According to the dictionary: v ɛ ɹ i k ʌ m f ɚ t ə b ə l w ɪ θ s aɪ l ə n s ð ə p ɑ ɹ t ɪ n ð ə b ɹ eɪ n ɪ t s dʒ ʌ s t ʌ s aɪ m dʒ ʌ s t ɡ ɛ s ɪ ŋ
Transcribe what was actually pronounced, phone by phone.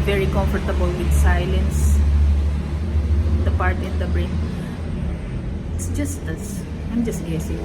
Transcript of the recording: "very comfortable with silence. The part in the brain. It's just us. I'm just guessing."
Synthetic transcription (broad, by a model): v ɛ ɹ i k ʌ m f ɚ t ə b ə l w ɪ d s aɪ l ə n s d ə p ɑ ɹ t ɪ n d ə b ɹ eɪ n ɪ t s dʒ ʌ s t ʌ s aɪ m dʒ ʌ s t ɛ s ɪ